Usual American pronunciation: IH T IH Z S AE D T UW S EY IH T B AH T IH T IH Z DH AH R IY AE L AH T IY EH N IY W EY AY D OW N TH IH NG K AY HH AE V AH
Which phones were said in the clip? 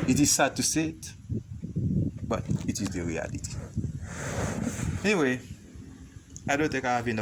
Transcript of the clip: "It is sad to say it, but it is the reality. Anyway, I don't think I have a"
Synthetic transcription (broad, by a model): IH T IH Z S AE D T UW S EY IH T B AH T IH T IH Z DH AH R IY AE L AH T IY EH N IY W EY AY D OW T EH K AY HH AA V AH